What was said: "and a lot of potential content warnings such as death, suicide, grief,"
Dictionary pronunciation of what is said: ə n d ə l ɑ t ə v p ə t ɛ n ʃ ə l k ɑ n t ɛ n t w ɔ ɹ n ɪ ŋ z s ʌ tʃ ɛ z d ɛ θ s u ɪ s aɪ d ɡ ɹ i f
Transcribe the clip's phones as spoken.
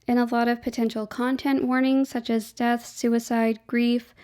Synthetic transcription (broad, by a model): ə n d ə l ɑ t ə v p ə t ɛ n ʃ l k ɑ n t ɛ n t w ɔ ɹ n ɪ ŋ s ʌ tʃ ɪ z d ɛ θ s u ɪ s aɪ d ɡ ɹ i f